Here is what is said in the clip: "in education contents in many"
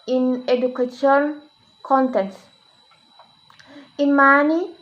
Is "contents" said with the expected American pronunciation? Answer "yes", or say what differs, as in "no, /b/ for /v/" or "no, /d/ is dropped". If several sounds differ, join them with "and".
no, /s/ is dropped